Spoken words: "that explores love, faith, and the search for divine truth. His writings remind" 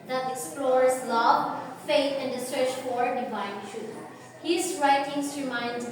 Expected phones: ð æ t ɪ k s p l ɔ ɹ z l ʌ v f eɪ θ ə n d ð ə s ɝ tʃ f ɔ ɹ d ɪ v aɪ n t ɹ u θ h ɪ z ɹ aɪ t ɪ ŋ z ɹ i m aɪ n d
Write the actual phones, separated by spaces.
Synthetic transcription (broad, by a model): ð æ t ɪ k s p l ɔ ɹ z l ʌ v f eɪ t ə n d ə s ɝ tʃ f ɔ ɹ d ɪ v aɪ n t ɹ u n h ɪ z ɹ aɪ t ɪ ŋ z ɹ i m aɪ n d